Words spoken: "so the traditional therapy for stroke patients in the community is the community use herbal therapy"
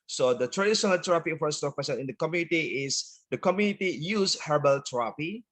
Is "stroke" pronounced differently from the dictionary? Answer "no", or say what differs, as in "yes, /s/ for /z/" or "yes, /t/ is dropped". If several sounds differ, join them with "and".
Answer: yes, /ɹ/ is dropped